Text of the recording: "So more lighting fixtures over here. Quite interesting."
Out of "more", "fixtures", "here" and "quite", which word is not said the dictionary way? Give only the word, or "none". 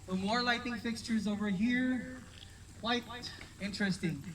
none